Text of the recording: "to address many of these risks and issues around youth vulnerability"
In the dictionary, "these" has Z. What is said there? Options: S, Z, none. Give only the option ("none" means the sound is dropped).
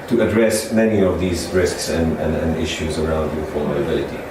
Z